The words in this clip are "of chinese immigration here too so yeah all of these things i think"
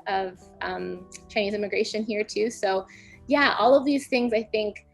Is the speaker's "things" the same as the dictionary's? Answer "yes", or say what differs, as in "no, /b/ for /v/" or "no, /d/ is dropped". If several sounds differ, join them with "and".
yes